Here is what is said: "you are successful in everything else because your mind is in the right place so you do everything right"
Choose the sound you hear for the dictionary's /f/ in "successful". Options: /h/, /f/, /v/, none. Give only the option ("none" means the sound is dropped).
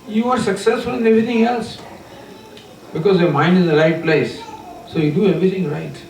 /f/